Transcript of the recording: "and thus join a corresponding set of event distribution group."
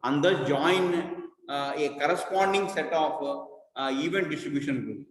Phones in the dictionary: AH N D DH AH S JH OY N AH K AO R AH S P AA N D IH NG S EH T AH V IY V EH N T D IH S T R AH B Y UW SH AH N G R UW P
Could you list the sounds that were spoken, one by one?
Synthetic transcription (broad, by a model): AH N D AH JH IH N AH K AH R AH S P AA N D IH NG S EH T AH F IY V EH N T D IH S T R AH B Y UW SH AH N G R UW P